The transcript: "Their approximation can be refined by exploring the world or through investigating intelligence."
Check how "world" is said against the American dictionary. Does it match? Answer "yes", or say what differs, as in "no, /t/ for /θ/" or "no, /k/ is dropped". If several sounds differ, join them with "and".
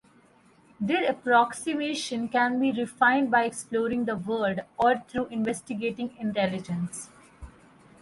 no, /l/ is dropped